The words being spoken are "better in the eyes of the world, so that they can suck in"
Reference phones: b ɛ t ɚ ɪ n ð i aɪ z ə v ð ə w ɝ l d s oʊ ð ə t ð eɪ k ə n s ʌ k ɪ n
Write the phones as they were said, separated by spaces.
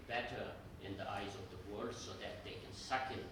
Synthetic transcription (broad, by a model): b ɛ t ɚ ɪ n ð i aɪ z ə v ð ə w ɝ d s oʊ ð ə t ð eɪ k ə n s ʌ k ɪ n